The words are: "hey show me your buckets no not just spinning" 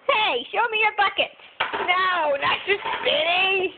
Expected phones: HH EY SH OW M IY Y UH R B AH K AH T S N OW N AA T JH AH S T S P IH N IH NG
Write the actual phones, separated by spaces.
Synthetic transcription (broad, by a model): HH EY SH OW M IY Y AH R B AH K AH T N OW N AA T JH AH S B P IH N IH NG